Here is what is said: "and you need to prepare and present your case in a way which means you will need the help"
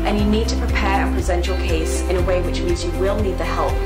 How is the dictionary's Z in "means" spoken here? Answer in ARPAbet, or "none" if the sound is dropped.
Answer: Z